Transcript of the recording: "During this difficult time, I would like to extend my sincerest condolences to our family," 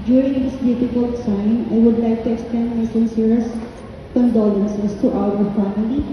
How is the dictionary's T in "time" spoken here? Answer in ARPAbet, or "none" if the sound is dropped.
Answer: S